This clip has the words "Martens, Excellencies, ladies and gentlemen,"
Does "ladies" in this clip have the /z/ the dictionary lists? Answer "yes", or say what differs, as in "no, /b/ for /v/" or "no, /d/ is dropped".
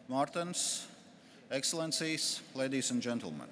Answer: no, /s/ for /z/